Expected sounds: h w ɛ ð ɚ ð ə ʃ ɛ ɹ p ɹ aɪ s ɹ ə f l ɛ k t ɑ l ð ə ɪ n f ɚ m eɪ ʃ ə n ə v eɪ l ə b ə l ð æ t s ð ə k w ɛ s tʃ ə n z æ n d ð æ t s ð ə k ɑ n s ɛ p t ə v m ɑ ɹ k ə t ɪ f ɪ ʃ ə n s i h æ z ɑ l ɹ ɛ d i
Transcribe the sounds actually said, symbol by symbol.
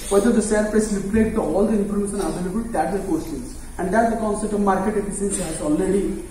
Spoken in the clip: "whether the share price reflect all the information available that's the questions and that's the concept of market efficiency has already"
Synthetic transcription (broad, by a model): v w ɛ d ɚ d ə s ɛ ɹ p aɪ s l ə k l ɛ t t ɑ l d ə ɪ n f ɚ m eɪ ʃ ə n ə v eɪ l ə b ə l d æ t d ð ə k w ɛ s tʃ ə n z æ n d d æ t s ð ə k ɑ n s ɛ p t ə v m ɑ ɹ k ə t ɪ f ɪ s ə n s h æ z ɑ l ɹ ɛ d i